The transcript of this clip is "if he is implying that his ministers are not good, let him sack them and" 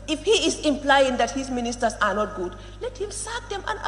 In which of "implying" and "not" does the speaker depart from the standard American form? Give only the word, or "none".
none